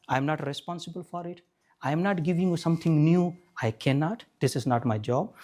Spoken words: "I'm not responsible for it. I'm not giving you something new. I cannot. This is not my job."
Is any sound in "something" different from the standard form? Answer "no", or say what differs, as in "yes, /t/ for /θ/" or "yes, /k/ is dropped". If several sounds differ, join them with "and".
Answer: yes, /t/ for /θ/